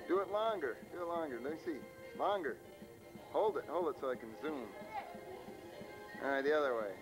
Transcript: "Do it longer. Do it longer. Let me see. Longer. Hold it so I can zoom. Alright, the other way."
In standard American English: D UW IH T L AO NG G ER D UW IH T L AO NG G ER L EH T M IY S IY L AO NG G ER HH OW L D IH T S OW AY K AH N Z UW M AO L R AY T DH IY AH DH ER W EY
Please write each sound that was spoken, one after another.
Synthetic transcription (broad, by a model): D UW IH T L AO NG G ER D UW IH T L AO NG G ER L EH S IY L AO NG G ER HH OW L D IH T S OW AY K AH N Z UW M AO R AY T DH IY AH DH ER W EY